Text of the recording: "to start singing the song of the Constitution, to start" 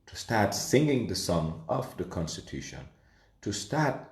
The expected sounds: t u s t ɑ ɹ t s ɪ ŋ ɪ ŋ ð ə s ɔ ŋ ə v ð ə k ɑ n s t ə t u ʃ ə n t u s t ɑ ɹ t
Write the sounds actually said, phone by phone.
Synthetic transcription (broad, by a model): t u s t ɑ ɹ t s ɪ ŋ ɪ ŋ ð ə s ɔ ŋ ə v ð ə k ɑ n s t ə t u ʃ ə n t u s t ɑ ɹ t